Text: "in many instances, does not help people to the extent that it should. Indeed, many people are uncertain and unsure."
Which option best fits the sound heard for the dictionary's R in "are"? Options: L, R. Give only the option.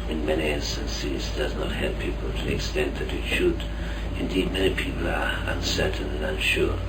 R